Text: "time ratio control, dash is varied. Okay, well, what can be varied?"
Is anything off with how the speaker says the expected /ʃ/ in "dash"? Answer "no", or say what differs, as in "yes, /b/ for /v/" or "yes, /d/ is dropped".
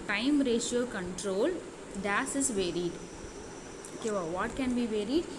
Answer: yes, /s/ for /ʃ/